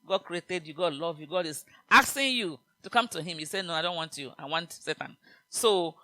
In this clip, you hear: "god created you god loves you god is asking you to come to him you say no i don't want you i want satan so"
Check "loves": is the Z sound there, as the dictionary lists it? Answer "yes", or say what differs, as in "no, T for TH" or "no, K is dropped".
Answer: no, Z is dropped